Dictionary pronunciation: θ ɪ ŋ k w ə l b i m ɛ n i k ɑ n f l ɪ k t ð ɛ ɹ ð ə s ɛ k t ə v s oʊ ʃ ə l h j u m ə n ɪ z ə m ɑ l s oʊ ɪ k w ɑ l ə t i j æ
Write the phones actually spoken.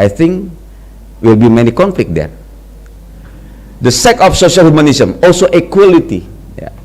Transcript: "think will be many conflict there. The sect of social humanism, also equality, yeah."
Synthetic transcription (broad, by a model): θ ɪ ŋ k w ə l b i m ɛ n i k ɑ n f l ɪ k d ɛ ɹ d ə s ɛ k ə f s oʊ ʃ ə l h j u m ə n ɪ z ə m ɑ l s oʊ ɪ k w ɑ l ə t i j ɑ